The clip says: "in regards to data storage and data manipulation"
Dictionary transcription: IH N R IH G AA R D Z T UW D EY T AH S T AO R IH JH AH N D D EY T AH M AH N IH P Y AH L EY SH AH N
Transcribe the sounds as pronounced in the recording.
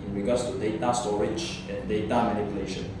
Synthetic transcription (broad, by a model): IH N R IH G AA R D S T UW D EY T AH S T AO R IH CH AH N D D EY T AH M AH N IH P Y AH L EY SH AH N